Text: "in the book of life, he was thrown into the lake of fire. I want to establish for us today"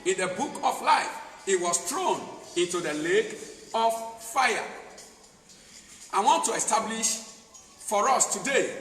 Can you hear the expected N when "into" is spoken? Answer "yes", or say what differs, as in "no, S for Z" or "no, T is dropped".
yes